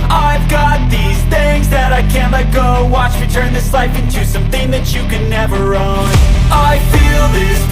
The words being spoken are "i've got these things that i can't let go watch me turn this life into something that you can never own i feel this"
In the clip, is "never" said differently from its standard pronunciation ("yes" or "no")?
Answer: no